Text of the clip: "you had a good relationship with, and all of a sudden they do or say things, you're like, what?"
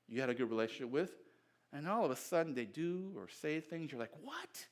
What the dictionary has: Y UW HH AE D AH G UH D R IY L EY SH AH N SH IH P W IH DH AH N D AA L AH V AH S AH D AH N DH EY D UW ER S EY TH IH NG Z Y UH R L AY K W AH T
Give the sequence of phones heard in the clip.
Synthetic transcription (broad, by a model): Y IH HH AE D AH G UH D R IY L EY SH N SH IH P W IH DH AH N AA L AH V AH S AH D N DH EY D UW ER S EY TH IH NG Z Y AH R L AY K W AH T